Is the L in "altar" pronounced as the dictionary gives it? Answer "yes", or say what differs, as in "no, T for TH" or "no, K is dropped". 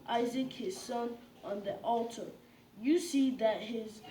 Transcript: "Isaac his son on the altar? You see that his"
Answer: yes